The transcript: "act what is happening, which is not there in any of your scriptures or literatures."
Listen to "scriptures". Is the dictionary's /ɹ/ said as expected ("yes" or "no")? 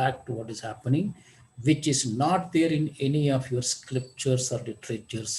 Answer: no